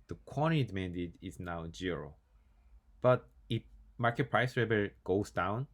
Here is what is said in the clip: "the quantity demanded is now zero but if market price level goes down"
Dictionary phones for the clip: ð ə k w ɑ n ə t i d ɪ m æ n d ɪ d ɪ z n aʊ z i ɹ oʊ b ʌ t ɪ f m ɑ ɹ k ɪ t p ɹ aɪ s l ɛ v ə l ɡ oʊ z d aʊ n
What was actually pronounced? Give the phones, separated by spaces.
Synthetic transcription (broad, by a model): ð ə k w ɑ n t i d m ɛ n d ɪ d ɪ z n aʊ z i ɹ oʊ b ʌ t ɪ f m ɑ ɹ k ɪ t p ɹ aɪ s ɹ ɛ b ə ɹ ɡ oʊ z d aʊ n